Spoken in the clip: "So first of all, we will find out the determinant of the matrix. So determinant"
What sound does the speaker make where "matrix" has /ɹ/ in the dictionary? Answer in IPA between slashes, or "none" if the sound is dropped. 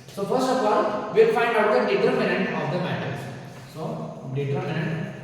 none